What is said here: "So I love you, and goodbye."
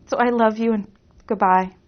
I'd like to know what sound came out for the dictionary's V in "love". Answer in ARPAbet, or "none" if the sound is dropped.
V